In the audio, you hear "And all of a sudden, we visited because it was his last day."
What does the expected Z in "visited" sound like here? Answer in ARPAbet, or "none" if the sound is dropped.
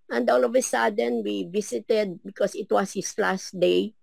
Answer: S